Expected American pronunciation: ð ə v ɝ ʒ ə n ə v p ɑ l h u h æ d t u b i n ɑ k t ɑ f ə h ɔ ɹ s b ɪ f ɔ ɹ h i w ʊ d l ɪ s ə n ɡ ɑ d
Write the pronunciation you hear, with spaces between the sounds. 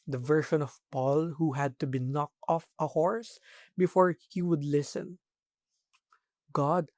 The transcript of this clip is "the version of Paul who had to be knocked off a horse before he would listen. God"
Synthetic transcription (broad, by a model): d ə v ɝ ʃ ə n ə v p ɑ l h u h æ d t u b i n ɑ k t ɑ f ə h ɔ ɹ s b ɪ f ɔ ɹ h i w ʊ d l ɪ s ə n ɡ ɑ d